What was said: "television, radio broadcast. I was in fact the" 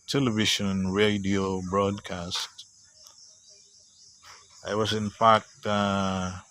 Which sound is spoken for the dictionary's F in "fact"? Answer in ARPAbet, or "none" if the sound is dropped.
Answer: P